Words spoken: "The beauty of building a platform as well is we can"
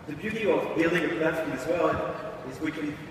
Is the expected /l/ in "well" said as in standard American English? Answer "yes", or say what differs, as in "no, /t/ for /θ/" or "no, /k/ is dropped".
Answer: no, /n/ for /l/